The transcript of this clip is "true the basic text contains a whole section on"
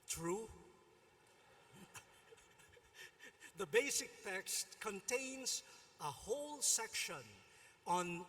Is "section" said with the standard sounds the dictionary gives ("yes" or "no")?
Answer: yes